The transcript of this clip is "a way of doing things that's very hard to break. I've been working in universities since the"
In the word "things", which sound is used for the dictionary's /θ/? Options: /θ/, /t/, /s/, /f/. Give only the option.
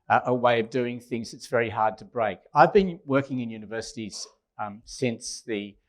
/θ/